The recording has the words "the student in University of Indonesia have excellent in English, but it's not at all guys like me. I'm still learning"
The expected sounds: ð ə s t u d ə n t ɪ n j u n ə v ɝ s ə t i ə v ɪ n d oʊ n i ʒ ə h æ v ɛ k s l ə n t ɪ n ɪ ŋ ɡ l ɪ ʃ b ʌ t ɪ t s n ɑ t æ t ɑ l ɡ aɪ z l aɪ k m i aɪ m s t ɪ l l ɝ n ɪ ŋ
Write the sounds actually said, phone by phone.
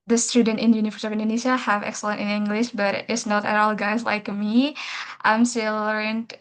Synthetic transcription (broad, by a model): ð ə s t u d ə n t ɪ n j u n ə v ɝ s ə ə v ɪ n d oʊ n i ʃ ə h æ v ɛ k s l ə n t ɪ n ɪ ŋ ɡ l ɪ ʃ b ʌ t ɪ t s n ɑ t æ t ɑ l ɡ aɪ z l aɪ k m i aɪ m s t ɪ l l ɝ n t